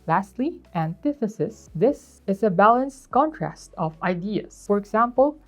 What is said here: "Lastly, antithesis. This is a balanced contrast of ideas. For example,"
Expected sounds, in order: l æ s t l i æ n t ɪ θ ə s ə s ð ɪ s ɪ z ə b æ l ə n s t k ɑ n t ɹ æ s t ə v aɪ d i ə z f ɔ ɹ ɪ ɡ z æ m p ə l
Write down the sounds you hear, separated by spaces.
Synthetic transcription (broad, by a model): l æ s t l i æ n t ɪ θ ə s ə s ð ɪ s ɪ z ə b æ l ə n s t k ɑ n t ɹ æ s t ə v aɪ d i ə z f ɔ ɹ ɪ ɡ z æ m p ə l